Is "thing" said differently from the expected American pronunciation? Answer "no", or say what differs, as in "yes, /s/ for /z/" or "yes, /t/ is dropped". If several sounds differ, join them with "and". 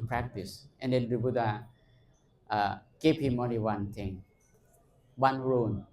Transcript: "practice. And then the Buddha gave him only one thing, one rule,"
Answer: yes, /t/ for /θ/